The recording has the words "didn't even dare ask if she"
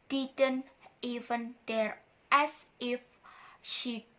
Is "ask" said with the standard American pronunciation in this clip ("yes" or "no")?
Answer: no